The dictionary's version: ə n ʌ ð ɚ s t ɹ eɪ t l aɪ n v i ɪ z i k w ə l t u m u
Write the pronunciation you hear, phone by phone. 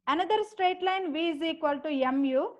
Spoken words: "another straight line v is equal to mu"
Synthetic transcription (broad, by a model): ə n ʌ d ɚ s t ɹ eɪ t l aɪ n v i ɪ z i k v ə l t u m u